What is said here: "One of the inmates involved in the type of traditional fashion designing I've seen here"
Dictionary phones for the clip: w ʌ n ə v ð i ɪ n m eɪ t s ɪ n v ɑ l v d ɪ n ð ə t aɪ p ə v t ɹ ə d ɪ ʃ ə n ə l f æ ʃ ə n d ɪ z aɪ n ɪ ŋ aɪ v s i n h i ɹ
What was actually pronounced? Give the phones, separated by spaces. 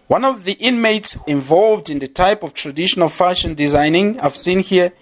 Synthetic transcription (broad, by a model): w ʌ n ə v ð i ɪ n m eɪ t s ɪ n v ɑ l v d ɪ n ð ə t aɪ p ə v t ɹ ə d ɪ ʃ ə n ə l f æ ʃ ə n d ɪ z aɪ n ɪ ŋ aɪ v s i n h i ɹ